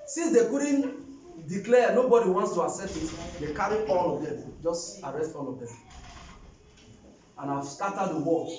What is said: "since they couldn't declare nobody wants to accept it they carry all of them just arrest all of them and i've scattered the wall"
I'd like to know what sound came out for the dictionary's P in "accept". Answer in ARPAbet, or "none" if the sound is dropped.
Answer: none